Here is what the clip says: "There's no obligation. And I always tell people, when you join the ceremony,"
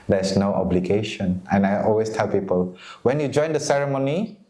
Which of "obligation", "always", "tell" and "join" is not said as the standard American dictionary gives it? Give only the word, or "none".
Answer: always